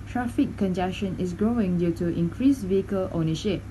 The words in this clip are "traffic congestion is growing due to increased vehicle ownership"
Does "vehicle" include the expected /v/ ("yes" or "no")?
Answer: yes